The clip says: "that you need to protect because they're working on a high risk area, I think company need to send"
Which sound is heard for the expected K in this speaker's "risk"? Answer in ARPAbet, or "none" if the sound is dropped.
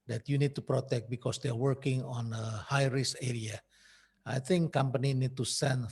none